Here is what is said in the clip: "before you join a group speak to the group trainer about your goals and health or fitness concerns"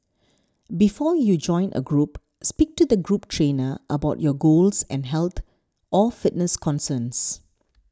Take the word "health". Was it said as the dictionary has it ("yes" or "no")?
no